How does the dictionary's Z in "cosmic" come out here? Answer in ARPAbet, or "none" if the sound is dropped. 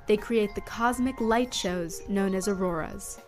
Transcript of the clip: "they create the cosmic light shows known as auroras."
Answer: Z